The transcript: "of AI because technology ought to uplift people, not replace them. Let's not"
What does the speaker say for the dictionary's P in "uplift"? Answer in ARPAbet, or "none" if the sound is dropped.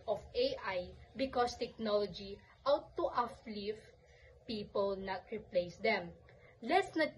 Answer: F